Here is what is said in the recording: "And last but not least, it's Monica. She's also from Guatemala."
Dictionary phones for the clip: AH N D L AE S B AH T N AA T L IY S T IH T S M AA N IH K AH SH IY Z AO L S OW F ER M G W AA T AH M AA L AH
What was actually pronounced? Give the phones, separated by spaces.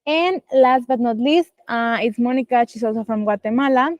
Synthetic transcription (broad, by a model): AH N L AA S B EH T N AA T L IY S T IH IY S M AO N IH K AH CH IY S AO S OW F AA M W AA T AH M AA L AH